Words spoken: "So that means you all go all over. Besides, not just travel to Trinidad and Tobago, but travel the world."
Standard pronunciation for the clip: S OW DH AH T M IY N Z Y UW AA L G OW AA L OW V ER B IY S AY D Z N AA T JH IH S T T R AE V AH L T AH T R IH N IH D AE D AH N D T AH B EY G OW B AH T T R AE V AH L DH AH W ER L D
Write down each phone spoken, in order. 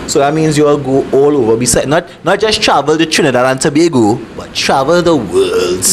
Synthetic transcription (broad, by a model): S OW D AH T M IY N S Y UW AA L G OW AA L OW V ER B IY S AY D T N AA T JH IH S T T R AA V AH L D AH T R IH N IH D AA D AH N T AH B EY G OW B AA T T R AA V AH L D AH W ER L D